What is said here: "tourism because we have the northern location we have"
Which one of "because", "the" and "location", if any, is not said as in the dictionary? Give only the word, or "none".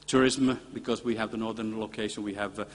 none